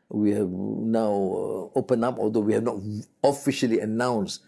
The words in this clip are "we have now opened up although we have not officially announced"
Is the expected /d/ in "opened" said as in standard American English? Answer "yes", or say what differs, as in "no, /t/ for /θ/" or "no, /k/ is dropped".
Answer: no, /d/ is dropped